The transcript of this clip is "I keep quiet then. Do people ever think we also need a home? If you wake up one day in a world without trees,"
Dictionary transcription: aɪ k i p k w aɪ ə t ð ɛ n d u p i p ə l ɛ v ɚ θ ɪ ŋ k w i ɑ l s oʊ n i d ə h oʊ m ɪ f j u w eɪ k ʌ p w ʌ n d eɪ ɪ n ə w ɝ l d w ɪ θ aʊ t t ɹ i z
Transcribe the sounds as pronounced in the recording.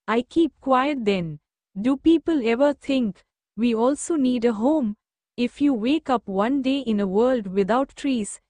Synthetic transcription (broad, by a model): aɪ k i p k w aɪ ə t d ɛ n d u p i p ə l ɛ v ɚ t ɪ ŋ k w i ɑ l s oʊ n i d ə h oʊ m ɪ f j u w eɪ k ʌ p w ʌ n d eɪ ɪ n ə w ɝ l d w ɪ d aʊ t t ɹ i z